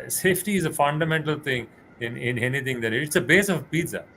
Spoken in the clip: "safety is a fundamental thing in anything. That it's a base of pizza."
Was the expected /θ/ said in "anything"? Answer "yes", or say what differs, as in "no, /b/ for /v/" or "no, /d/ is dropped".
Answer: no, /t/ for /θ/